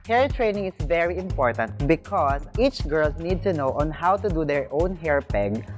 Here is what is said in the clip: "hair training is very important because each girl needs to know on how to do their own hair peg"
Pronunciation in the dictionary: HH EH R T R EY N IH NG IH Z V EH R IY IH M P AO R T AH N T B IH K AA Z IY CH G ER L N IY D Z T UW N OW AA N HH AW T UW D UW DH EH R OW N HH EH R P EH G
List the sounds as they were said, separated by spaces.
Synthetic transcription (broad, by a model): HH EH R T R EY N IH NG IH S V EH R IY IH M P AO R T AH N T B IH K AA S IY CH G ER L N IY D T UW N OW AA N HH AW T UW D UW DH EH R OW N HH EH R P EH G